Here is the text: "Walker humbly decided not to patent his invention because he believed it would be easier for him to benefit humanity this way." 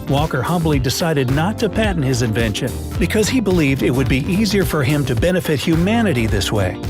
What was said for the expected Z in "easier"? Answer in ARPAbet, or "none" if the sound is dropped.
Z